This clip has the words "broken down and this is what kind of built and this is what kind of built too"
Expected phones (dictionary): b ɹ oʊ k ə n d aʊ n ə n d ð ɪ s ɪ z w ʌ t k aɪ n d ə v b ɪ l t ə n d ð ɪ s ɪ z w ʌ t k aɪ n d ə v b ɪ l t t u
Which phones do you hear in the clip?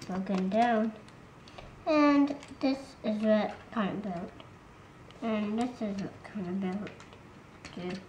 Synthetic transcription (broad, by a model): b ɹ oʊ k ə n d aʊ n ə n ð ɪ s ɪ z w ʌ t k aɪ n ə b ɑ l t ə n ð ɪ s ɪ z w ʌ t k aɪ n ə b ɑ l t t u